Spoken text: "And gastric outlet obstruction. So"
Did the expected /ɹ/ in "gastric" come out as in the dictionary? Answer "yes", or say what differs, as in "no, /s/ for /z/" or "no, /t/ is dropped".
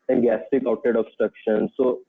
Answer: no, /ɹ/ is dropped